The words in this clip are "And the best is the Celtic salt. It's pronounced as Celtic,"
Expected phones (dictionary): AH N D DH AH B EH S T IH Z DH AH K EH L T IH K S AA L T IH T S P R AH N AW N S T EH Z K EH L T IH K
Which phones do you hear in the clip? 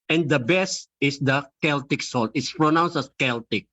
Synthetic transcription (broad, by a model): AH N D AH B EH S T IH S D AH K EH L T IH K S AA L T IH T S P R AH N AW N S T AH S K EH L T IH K